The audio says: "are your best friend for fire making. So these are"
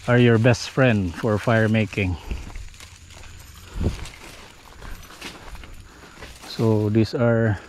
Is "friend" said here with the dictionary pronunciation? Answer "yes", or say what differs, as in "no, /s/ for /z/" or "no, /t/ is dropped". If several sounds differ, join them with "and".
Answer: yes